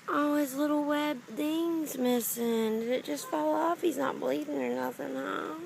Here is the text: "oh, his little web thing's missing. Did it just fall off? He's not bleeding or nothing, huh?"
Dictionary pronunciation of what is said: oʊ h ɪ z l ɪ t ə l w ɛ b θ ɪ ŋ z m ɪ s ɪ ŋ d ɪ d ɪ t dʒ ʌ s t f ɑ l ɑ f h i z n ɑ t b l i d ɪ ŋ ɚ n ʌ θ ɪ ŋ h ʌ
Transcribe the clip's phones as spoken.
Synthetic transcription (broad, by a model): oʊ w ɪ z l ɪ t l w ɛ b θ ɪ ŋ z m ɪ s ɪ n d ɪ d ɪ t dʒ ʌ s t f ɑ l ɑ f h i z n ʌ t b l i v ɪ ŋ ɚ n ʌ θ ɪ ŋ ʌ